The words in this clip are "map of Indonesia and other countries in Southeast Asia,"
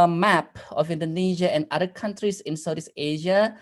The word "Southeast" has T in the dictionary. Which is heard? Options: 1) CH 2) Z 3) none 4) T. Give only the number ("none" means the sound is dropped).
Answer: 3